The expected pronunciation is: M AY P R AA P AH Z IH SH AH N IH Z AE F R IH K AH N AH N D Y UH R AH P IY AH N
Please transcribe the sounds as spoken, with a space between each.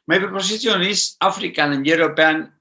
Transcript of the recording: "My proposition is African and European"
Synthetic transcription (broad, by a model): M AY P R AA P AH S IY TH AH N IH S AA F R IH K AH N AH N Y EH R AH P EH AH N